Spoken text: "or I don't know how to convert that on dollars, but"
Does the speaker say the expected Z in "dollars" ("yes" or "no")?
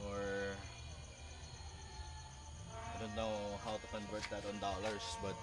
no